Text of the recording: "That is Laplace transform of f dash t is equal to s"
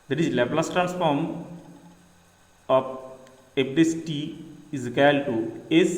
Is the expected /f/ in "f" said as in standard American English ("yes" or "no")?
no